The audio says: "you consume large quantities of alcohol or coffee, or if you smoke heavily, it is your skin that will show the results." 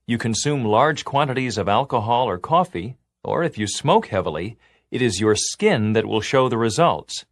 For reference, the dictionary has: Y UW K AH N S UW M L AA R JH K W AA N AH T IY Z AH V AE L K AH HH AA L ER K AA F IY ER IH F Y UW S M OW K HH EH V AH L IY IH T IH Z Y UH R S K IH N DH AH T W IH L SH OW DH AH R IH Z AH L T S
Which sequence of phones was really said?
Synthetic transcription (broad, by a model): Y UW K AH N S UW M L AA R JH K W AA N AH T IY Z AH V AE L K AH HH AA L ER K AA F IY ER IH F Y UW S M OW K HH EH V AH L IY IH T IH Z Y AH R S K IH N DH AH T W IH L SH OW DH AH R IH Z AH L T S